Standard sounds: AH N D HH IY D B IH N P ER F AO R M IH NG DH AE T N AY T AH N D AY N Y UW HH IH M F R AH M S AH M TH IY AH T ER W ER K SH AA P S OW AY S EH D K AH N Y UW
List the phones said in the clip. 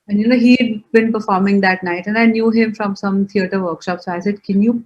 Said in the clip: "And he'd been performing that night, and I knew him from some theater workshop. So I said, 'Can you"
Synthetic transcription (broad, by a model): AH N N HH IY D B IH N P ER F AO R M IH NG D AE T N AY T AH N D AY N Y UW HH IH M F R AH M S AH M T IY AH T ER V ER K SH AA P S OW AY S EH D K AH N Y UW